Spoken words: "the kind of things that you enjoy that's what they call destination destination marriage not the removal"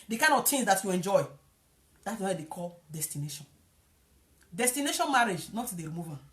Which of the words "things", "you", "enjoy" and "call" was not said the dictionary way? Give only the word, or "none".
things